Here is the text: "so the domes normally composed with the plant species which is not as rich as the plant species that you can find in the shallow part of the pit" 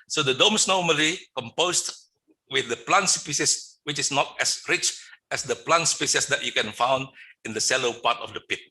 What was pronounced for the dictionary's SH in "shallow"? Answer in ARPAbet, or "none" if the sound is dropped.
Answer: S